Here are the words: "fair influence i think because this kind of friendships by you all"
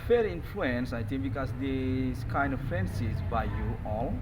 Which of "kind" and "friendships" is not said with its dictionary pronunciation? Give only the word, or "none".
friendships